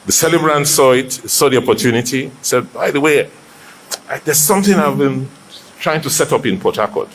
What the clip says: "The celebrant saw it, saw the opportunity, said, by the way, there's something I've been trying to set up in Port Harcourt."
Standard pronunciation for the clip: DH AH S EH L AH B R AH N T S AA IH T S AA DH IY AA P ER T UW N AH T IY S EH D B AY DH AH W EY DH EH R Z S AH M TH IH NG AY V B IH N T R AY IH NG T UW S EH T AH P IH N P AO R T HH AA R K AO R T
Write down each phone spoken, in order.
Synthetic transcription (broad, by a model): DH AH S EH L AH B R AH N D S AA IH T S AA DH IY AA P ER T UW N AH T IY S EH D B AY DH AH W EY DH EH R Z S AH M TH IH NG AY V B IH N T R AY IH NG T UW S EH T AH P IH N P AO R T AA K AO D